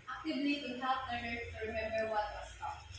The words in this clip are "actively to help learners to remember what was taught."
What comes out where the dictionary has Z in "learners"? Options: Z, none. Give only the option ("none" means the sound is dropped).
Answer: none